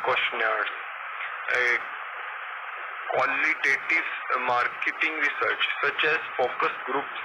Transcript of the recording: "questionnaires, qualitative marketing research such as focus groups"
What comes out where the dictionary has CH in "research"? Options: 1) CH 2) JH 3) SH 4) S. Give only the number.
1